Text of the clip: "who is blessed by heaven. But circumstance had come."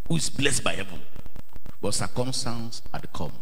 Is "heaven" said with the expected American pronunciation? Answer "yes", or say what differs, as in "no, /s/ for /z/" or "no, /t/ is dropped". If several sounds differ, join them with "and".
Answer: yes